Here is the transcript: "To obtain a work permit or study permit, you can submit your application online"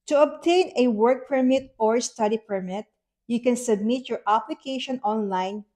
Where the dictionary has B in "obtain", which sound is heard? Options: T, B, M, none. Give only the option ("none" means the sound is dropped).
B